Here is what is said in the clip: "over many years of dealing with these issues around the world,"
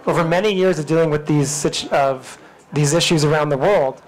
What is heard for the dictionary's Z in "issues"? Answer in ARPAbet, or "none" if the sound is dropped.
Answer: Z